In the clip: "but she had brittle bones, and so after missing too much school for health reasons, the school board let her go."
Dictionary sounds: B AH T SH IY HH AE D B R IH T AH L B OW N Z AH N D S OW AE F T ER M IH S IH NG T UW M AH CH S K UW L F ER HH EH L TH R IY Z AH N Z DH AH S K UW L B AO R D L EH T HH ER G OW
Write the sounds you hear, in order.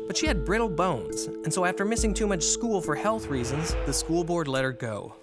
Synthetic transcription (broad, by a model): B AH T SH IY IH D B R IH T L B OW N Z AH N S OW AE F T ER M IH S IH NG T UW M AH CH S K UW L F ER HH EH L TH R IY Z AH N Z DH AH S K UW L B AO R D L EH T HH ER G OW